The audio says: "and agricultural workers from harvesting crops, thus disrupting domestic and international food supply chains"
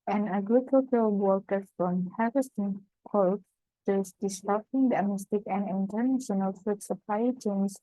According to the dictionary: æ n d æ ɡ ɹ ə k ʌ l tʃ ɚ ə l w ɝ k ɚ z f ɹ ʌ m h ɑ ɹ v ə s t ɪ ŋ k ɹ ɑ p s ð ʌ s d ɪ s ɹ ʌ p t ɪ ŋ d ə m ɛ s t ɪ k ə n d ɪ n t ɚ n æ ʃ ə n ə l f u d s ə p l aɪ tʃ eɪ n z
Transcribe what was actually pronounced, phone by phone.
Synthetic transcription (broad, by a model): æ n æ ɡ ɹ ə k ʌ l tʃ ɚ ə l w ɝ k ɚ f ɹ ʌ m h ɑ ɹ ə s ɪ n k ɑ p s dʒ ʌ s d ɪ s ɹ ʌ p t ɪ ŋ d ə m ɛ s t ɪ k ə n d ɪ n t ɚ n æ ʃ ə n ə l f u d s ə p l aɪ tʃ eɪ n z